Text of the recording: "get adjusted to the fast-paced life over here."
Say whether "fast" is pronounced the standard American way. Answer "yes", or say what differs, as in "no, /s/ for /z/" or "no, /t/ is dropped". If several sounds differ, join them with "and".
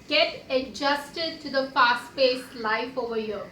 no, /p/ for /f/